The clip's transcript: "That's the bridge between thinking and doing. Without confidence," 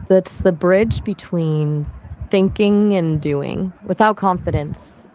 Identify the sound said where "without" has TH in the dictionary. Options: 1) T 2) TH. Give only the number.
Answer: 2